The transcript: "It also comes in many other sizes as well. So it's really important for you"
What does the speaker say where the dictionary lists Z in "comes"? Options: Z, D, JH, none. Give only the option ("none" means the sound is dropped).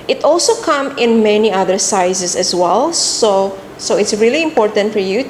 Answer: none